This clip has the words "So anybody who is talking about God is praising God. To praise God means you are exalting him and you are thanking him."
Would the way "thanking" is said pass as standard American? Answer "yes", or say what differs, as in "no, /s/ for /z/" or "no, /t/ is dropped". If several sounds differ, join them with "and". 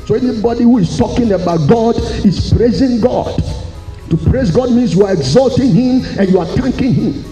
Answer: no, /t/ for /θ/